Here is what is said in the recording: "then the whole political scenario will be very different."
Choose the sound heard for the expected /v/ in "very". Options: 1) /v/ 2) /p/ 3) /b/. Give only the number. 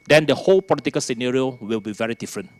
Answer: 1